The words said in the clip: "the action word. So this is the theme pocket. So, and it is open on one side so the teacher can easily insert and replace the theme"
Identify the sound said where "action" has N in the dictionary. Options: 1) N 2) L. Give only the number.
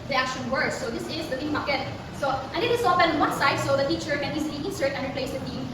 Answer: 1